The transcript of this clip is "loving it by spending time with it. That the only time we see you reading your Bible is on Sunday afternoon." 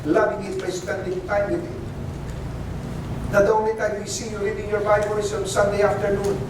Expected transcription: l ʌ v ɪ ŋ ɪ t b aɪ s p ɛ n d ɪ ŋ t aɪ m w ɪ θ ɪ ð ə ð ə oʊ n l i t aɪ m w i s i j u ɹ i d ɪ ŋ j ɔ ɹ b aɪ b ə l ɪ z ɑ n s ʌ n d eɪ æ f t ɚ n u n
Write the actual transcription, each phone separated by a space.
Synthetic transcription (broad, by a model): l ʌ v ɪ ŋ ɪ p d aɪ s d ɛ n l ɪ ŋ t aɪ m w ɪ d ɪ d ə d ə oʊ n i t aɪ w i s i j u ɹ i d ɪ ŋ j ɔ ɹ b aɪ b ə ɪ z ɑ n s ʌ n d eɪ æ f t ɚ n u n